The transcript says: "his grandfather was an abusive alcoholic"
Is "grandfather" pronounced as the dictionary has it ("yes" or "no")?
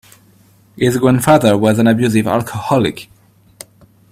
no